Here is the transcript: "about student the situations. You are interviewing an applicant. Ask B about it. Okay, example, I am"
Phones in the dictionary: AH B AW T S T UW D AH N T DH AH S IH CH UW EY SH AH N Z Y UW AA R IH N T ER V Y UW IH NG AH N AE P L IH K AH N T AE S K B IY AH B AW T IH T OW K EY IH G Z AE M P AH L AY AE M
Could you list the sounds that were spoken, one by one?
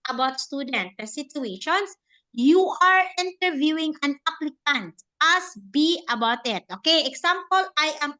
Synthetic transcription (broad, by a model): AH B AW T S T UW D AH N T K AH S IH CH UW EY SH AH N S Y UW AA R IH N T ER V Y UW IH NG AH N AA P L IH K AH N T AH S B IY AH B AW T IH T OW K EY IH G S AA M P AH L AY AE M